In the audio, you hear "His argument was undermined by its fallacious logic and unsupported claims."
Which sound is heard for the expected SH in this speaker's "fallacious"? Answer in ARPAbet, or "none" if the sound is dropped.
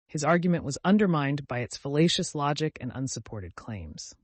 SH